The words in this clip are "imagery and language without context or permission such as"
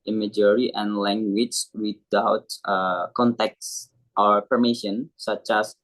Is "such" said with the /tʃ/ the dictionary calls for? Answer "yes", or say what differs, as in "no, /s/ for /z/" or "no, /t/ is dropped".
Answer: yes